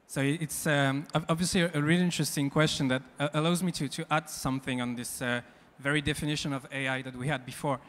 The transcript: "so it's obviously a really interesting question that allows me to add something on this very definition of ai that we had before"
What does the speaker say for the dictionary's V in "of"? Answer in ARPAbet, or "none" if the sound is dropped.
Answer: V